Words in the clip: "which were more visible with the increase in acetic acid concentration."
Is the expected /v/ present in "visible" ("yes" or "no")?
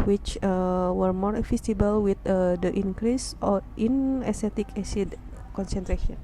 no